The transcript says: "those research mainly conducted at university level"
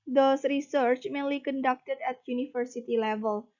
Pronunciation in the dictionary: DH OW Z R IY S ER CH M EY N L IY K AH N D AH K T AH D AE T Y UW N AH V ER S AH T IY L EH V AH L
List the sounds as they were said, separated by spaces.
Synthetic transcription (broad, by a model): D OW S R IY S ER CH M EY N L IY K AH N D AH K T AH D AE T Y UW N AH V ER S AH T IY L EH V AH L